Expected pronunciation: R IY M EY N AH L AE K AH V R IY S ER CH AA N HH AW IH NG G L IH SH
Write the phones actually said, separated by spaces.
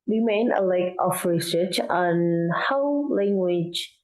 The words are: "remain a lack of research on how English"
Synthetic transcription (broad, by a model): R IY M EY N AH L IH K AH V R IY S ER CH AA N HH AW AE NG G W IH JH